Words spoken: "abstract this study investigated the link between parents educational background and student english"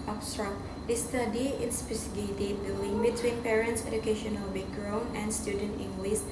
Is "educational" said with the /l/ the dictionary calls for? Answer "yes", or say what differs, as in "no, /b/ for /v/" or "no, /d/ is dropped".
yes